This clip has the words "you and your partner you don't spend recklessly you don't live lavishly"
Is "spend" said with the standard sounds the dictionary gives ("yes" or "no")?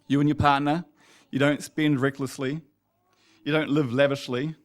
yes